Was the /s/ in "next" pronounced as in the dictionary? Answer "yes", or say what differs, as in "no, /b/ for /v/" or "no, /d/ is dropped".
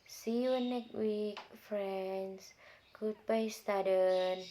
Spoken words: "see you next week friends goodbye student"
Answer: no, /s/ is dropped